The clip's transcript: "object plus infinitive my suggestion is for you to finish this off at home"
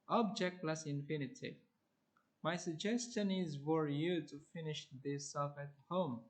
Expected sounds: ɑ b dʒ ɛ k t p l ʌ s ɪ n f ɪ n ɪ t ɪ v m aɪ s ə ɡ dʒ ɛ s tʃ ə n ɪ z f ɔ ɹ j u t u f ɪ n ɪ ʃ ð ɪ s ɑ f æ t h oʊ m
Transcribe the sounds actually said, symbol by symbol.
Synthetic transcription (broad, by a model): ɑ b dʒ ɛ k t l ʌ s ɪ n f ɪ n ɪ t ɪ m aɪ s ə ɡ dʒ ɛ s tʃ ə n ɪ z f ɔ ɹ j u t u f ɪ n ɪ ʃ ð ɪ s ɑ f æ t h oʊ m